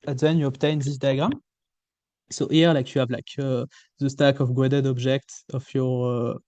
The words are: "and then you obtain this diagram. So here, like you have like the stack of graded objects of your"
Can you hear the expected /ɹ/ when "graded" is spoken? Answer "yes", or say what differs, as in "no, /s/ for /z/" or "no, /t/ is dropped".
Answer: no, /w/ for /ɹ/